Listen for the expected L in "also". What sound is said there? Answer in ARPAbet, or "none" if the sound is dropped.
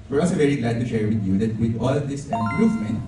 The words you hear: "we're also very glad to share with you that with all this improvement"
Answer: none